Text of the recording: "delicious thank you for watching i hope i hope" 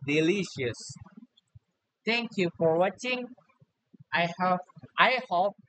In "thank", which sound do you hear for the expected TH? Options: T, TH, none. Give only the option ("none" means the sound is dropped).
T